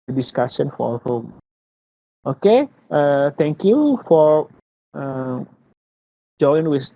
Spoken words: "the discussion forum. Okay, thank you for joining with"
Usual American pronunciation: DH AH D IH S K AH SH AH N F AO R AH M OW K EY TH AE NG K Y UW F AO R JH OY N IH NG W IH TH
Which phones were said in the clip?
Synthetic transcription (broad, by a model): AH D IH S K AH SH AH N F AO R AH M OW K EY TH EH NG K Y UW F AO R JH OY IH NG W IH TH